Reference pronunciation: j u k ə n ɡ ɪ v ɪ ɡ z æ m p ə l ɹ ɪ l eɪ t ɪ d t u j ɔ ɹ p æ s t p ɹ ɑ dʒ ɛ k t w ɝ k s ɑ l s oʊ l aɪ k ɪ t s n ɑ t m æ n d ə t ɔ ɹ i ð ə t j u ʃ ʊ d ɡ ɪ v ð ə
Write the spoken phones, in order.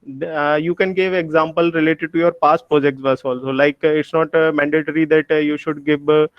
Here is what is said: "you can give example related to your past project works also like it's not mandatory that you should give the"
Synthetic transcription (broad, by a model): j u k ə n ɡ ɪ v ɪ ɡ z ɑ m p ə l ɹ ɪ l eɪ t ɪ d t u j ɔ ɹ p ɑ s t p ɹ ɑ dʒ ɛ k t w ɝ s ɑ l s oʊ l aɪ k ɪ t s n ɑ t m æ n d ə t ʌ ɹ i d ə t j u ʃ ʊ d ɡ ɪ v